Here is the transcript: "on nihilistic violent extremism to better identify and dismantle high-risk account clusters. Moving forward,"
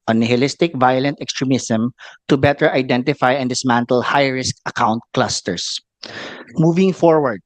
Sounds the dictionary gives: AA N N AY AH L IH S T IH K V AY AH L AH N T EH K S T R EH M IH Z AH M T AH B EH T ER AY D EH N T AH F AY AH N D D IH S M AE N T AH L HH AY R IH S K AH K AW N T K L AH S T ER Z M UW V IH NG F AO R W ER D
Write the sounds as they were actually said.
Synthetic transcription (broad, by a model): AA N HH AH L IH S T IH K V AY AH L AH N T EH K S T R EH M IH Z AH M T AH B EH T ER AY D EH N T AH F AY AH N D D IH S M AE N T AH L HH AY R IH S K AH K AW N T K L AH S T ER S M UW V IH NG F AO R W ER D